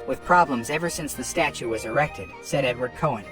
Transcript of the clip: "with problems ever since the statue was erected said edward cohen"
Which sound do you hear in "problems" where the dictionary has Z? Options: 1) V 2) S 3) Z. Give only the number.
3